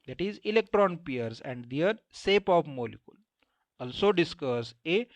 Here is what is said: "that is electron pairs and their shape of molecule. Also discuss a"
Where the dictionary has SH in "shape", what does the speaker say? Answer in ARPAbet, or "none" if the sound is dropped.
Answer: S